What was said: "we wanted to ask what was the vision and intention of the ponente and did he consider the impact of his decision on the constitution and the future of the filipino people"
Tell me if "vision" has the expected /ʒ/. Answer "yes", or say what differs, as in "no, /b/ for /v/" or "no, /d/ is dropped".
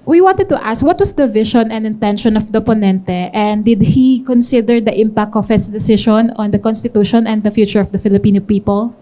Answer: no, /ʃ/ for /ʒ/